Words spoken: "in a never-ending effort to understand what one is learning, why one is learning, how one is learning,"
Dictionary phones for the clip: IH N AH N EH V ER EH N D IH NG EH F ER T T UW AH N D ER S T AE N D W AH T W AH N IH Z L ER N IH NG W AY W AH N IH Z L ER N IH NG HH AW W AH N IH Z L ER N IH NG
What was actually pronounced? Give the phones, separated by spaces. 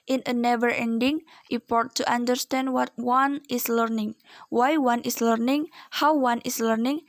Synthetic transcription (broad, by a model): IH N AH N EH V ER EH N D IH NG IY P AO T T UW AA N D ER S T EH N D W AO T W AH N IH S L ER N IH NG W AY W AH N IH S L ER N IH NG HH AW W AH N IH S L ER N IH NG